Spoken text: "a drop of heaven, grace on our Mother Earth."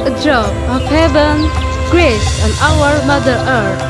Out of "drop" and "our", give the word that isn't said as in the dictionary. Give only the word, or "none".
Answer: drop